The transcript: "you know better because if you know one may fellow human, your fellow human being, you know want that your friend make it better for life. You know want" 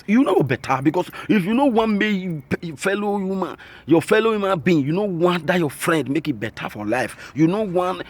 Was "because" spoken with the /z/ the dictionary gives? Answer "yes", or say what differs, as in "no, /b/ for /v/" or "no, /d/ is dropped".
no, /s/ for /z/